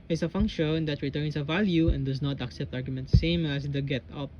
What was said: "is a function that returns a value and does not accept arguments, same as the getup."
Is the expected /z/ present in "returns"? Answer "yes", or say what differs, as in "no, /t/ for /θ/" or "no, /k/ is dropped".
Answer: no, /s/ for /z/